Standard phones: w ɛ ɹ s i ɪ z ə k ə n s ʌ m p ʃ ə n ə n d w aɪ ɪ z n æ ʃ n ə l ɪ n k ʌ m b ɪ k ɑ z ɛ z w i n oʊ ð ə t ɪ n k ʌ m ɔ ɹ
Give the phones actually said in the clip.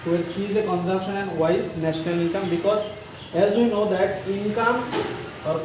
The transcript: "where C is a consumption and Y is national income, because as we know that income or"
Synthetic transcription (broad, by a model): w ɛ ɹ s i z ə k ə n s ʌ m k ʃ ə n ə n d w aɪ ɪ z n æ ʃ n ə l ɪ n k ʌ m b ɪ k ɑ z ɛ z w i n oʊ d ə t ɪ n k ʌ m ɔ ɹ